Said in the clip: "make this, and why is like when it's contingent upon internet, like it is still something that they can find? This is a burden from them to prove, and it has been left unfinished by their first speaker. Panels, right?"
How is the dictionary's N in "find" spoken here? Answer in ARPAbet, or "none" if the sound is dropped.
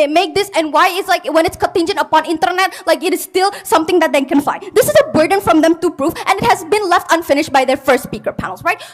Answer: none